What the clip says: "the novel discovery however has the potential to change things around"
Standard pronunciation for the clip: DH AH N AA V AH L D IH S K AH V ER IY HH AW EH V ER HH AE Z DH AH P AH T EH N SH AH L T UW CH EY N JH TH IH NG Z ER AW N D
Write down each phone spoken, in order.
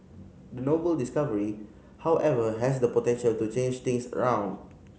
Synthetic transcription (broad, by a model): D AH N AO B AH L D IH S K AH V ER IY HH AW EH V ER HH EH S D AH P AH T EH N SH AH L T UW CH EY N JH T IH NG S ER AW N D